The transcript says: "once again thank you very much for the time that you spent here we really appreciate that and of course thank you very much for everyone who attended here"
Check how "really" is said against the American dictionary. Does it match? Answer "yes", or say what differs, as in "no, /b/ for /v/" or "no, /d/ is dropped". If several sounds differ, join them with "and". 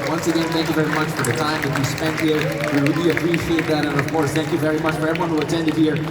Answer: no, /w/ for /ɹ/